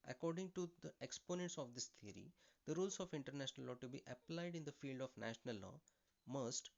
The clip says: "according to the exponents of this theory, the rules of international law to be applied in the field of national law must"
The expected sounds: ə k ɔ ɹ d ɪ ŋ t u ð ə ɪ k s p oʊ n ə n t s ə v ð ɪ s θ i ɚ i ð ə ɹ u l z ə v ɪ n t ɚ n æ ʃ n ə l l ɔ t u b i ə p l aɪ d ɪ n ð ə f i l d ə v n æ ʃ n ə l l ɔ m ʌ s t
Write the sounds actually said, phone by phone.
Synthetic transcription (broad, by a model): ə k ɔ ɹ d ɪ ŋ t u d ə ɪ k s p oʊ n ə n t s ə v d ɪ s t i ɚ i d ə ɹ u l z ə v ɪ n t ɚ n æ ʃ n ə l l ɔ t u b i ə p l aɪ d ɪ n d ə f i l d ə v n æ ʃ n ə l l ɔ m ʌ s t